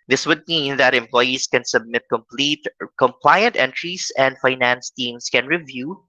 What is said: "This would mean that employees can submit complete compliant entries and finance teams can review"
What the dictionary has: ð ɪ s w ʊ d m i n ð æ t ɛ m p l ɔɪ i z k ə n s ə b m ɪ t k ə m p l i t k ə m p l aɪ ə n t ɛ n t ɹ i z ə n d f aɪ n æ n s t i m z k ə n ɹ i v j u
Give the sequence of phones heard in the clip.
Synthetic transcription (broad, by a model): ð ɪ s w ʊ d m i n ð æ t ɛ m p l ɔɪ i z k ə n s ə b m ɪ t k ə m p l i t k ə m p l aɪ ə n t ɛ n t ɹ i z ə n d f aɪ n æ n s t i m s k ə n ɹ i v j u